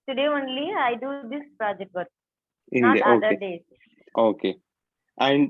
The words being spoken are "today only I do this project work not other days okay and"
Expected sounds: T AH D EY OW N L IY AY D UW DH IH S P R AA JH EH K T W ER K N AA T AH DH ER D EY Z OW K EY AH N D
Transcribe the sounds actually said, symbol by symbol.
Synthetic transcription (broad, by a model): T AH D EY OW N L IY AY D UW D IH S P R AA JH EH K T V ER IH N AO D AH EH D EY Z OW K EY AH N D